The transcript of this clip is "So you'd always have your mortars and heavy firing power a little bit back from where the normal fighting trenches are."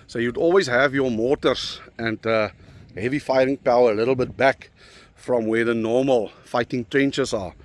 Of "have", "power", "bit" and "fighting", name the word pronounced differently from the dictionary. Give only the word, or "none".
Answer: none